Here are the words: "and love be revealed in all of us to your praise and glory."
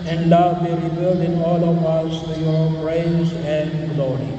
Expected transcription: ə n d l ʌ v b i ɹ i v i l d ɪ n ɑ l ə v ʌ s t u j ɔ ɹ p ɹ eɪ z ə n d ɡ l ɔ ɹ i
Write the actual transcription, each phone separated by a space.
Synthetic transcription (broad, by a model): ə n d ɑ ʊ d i ɹ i b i l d ɪ n ɑ l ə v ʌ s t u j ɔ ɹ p ɹ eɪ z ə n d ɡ l ɔ ɹ i